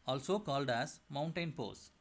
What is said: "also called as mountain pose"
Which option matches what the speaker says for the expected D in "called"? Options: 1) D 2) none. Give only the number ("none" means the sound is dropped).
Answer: 1